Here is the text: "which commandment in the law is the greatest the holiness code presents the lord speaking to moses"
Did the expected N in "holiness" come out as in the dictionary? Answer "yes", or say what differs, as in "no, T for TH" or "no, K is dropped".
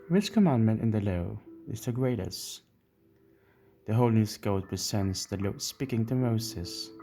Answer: no, L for N